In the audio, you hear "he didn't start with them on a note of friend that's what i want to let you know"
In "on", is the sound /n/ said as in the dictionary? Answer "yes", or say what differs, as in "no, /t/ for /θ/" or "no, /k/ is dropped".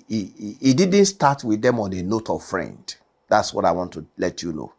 yes